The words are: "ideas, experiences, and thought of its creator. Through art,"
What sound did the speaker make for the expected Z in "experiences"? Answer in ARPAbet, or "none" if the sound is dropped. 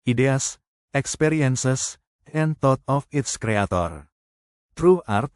S